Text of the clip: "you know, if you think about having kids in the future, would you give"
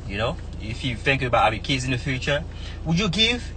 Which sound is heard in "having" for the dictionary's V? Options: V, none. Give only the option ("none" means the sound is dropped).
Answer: none